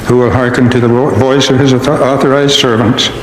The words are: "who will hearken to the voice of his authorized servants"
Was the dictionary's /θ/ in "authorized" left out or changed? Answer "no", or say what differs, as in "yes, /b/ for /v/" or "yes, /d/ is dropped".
no